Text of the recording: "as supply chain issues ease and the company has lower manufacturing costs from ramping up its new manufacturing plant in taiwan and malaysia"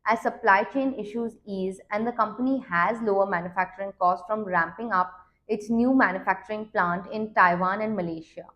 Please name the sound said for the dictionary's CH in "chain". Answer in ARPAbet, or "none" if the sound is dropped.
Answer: CH